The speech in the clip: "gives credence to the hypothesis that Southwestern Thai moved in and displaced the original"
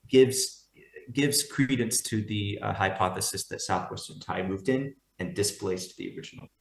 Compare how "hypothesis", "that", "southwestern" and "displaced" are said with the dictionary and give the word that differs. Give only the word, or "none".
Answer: none